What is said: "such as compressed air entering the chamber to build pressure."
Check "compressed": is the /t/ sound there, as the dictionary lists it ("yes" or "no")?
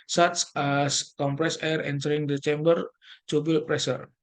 no